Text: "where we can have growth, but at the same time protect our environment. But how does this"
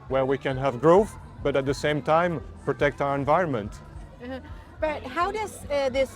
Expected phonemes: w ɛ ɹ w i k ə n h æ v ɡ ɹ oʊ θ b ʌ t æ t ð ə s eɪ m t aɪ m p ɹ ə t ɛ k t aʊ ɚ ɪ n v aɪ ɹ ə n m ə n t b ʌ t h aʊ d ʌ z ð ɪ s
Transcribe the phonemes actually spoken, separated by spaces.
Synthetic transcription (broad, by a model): w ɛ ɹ w i k ə n h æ v ɡ ɹ oʊ θ b ʌ t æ t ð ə s eɪ m t aɪ m p ɹ ə t ɛ k t aʊ ɚ ɪ n v aɪ ɹ ə n m ə n t b ʌ t h aʊ d ʌ z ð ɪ s